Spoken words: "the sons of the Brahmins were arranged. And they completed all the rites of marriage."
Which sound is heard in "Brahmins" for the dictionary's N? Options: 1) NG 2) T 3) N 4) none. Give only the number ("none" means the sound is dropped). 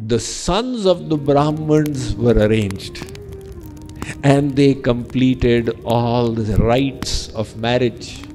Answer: 3